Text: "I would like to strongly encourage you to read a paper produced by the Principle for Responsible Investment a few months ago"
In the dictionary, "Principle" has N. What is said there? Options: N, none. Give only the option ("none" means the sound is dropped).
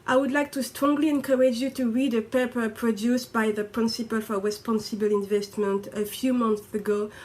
N